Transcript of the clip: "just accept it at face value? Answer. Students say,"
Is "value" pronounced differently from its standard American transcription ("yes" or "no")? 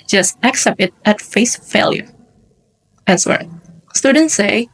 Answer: yes